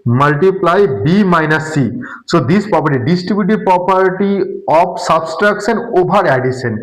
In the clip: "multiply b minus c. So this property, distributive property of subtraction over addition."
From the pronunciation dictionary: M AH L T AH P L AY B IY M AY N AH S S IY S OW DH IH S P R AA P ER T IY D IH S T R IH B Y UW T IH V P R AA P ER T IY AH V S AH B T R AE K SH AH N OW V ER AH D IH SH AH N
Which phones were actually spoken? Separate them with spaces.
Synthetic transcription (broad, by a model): M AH L T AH P L AY B IY M AY N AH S S IY S OW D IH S P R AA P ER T IY D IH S T R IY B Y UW T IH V P R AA P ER T IY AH P S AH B T R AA K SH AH N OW B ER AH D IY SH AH N